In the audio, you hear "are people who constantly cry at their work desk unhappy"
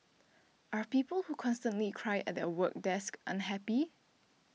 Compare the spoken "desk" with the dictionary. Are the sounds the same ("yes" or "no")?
yes